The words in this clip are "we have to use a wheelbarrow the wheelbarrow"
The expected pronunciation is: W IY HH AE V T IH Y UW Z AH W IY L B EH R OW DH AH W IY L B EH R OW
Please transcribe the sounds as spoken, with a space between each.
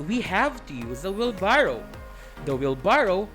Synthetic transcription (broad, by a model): W IY HH AE V T IH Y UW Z AH W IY L B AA R OW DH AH W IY L B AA R OW